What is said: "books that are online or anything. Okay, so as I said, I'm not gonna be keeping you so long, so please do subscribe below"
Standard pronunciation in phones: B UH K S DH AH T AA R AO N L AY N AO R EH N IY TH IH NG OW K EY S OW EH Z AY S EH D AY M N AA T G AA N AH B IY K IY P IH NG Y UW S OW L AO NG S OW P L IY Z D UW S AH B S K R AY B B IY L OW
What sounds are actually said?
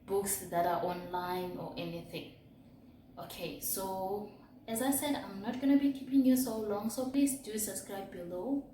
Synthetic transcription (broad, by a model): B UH K S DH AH T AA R AO N L AY N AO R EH N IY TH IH NG OW K EY S OW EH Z AY S EH D AY M N AA T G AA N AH B IY K IY P IH NG Y UW S OW L AO NG S OW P L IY S D UW S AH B S K R AY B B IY L OW